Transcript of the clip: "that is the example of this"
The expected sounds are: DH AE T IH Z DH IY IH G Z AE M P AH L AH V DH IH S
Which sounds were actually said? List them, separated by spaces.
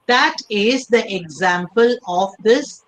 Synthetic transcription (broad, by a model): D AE T IH Z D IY IH G Z AE M P AH L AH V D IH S